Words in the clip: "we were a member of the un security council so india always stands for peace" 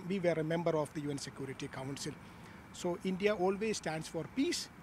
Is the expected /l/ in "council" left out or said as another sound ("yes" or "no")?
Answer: no